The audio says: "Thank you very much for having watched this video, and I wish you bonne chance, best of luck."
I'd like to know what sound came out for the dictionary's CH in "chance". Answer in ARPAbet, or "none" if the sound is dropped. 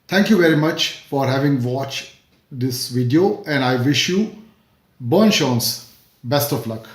SH